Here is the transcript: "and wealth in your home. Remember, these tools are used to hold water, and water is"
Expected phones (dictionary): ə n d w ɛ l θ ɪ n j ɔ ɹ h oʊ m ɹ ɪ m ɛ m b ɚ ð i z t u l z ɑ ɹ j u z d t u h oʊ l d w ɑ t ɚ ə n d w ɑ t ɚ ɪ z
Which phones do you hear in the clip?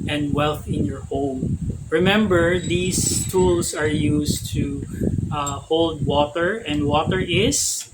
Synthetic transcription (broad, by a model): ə n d w ɛ l θ ɪ n j ɔ ɹ h oʊ m ɹ ɪ m ɛ m b ɚ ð i s t u l s ɑ ɹ j u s t u h oʊ l d w ɑ t ɚ ə n d w ɑ t ɚ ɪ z